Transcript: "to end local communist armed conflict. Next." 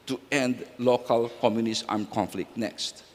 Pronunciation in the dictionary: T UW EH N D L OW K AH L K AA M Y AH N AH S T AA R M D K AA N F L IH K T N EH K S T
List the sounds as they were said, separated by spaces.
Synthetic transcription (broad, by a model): T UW EH N D L OW K AH L K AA M Y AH N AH S AA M K AA N F L IH K T N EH K S T